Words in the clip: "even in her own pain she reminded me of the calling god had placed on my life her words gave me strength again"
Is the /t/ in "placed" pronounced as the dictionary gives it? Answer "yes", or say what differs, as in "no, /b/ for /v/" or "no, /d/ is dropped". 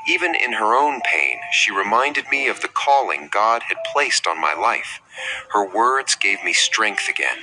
yes